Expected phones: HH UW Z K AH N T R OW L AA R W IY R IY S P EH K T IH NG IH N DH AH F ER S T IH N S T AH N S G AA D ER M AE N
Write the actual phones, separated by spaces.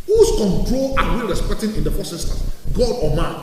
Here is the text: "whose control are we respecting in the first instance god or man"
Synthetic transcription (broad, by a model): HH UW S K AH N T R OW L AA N W IY R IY S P EH K T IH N IH N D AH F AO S IH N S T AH G AA D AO M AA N